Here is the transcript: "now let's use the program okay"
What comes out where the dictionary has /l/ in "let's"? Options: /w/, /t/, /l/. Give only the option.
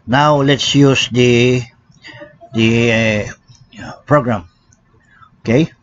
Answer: /l/